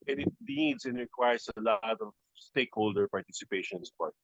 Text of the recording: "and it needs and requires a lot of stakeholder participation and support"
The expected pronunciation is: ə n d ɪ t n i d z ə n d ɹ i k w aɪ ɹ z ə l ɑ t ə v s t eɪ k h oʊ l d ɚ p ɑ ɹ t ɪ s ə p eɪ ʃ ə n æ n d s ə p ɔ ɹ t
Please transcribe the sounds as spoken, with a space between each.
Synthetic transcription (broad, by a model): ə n ɪ t l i d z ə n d ɹ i k w aɪ ɹ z ə l ɑ t ə v s t eɪ k h oʊ l d ɚ p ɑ ɹ t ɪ s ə p eɪ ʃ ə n n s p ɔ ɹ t